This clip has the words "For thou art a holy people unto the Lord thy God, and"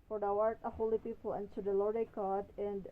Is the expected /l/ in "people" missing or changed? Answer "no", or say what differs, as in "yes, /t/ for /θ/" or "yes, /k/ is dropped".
no